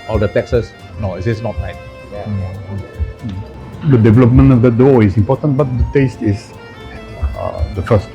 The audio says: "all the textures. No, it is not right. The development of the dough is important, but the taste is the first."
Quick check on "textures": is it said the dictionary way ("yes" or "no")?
no